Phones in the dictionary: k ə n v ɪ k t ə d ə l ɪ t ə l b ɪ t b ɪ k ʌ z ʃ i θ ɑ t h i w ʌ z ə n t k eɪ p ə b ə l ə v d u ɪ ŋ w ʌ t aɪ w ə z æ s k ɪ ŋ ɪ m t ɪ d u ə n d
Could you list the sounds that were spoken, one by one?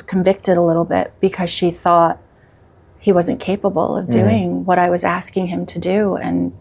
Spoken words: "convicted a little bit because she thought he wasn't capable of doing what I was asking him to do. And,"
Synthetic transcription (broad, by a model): k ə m v ɪ k t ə d ə l ɪ t l b ɪ t b ɪ k ʌ z ʃ i θ ɑ t h i w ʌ z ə n k eɪ p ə b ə l ə v d u ɪ ŋ w ʌ t aɪ w ə z æ s k ɪ ŋ ɪ m t ɪ d u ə n